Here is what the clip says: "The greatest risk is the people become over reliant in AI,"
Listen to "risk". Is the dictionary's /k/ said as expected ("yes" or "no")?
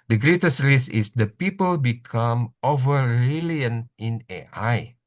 no